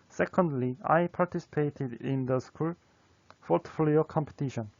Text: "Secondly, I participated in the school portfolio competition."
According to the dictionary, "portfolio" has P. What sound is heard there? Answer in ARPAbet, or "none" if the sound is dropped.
F